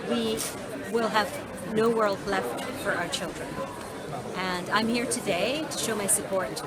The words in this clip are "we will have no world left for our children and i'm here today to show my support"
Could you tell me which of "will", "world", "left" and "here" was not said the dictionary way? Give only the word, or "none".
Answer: none